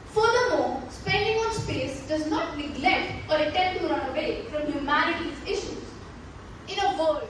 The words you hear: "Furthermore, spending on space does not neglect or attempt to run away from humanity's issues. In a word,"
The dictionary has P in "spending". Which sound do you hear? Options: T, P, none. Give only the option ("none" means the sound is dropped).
P